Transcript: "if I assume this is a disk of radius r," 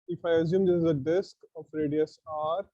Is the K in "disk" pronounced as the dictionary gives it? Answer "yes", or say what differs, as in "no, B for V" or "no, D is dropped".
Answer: yes